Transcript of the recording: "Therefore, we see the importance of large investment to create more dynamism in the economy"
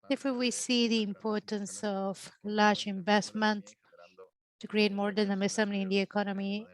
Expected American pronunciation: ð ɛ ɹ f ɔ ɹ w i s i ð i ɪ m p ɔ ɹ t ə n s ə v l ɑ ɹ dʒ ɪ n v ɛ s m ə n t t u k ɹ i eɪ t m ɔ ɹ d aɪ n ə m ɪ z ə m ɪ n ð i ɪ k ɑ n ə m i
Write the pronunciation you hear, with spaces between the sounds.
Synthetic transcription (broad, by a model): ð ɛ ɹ f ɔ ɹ w i s i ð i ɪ m p ɔ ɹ t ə n s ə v l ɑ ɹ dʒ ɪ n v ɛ s m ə n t t u k ɹ i eɪ t m ɔ ɹ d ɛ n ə m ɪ s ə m ɪ n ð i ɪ k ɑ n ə m i